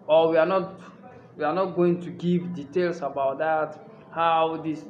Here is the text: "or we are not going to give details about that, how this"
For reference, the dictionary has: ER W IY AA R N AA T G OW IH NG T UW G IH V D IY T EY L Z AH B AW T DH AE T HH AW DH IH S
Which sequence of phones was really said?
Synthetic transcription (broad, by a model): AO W IY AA W N AA T G OW IH NG T UW G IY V D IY T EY L S AH B AW T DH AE T HH AW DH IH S